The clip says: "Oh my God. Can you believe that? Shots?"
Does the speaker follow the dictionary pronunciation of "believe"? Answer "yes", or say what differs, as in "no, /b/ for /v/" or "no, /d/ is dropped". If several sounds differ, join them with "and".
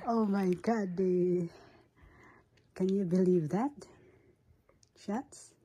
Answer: yes